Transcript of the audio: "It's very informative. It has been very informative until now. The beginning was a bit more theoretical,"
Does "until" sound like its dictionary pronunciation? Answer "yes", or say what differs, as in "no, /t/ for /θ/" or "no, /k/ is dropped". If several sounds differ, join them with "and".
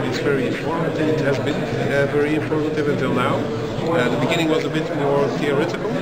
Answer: yes